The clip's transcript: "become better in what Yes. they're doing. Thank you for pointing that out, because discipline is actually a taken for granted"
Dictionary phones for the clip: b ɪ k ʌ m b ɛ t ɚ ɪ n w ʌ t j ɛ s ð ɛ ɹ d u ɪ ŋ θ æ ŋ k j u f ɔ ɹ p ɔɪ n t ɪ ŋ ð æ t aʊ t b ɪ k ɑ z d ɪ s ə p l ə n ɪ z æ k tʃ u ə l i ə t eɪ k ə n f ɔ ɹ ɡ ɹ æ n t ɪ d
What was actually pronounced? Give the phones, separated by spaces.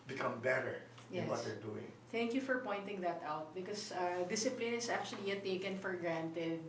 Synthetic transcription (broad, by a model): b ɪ k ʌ m b ɛ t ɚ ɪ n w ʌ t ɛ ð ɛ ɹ d u ɪ ŋ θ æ ŋ k j u f ɔ ɹ p ɔɪ n t ɪ ŋ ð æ t aʊ t b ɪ k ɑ s d ɪ s ə p l ə n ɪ s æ k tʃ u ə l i ə t eɪ k ə n f ɔ ɹ ɡ ɹ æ n t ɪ d